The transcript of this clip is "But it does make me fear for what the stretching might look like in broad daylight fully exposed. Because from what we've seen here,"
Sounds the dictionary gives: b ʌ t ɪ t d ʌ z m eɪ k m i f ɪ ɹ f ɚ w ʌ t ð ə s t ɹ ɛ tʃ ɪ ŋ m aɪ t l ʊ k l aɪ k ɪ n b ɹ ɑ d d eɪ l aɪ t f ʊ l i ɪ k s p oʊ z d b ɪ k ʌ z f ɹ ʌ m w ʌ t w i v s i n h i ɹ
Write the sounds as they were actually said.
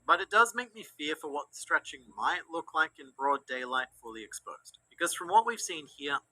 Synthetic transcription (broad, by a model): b ʌ t ɪ t d ʌ z m eɪ k m i f ɪ ɹ f ɚ w ʌ t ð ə s t ɹ ɛ tʃ ɪ ŋ m aɪ t l ʊ k l aɪ k ɪ n b ɹ ɑ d d eɪ l aɪ t f ʊ l i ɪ k s p oʊ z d b ɪ k ʌ z f ɹ ʌ m w ʌ t w i v s i n h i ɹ